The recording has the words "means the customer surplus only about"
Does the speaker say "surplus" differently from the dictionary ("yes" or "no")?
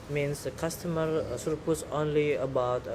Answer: yes